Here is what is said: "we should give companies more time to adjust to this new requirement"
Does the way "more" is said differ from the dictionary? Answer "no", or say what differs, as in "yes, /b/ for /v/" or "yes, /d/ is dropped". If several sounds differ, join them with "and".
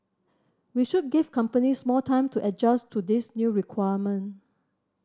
yes, /l/ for /ɹ/